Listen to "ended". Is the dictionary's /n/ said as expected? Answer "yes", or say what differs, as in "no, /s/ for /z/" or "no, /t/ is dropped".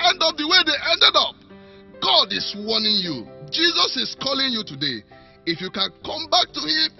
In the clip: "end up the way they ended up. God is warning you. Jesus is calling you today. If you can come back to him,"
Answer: yes